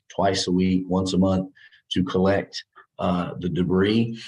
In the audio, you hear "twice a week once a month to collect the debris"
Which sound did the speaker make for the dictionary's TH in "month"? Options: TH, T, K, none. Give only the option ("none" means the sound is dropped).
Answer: TH